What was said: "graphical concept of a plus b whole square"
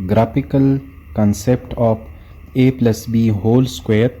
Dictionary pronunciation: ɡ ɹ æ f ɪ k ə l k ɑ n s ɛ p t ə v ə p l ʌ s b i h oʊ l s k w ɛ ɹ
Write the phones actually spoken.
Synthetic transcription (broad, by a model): ɡ ɹ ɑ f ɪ k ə l k ɑ n s ɛ p t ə p ə p l ʌ s b i h oʊ l s k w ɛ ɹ